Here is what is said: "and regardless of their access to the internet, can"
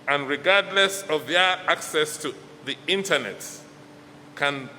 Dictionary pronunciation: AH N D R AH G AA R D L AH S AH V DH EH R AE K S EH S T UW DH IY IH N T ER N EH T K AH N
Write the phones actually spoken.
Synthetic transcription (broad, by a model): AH N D R AH G AA R D L AH S AH V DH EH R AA K S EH S T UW DH IY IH N T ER N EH T K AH N